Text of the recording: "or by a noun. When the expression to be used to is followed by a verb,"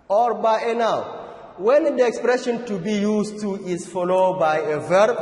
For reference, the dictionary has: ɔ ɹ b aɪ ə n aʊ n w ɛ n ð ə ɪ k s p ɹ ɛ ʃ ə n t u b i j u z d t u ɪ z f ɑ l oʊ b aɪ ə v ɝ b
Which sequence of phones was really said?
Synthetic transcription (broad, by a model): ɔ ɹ b aɪ ə n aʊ w ɛ n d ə ɪ k s p ɹ ɛ ʃ ə n t u b i j u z t u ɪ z f ɑ l oʊ b aɪ ə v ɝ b